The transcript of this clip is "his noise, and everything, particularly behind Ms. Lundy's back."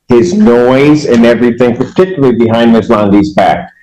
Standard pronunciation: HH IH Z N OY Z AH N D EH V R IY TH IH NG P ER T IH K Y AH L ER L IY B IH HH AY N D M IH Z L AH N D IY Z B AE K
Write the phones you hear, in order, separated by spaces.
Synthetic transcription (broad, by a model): HH IH Z N OY Z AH N EH V R IY TH IH NG P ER T IH K Y L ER IY B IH HH AY N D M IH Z L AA N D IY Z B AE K